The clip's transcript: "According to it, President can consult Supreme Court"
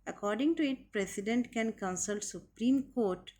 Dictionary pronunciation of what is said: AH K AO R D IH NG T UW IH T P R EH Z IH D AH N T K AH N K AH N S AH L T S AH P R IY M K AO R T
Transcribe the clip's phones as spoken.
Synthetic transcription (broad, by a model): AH K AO R D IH NG T UW IH T P R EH S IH D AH N T K AH N K AH N S AH L T S AH P R IY M K AO R T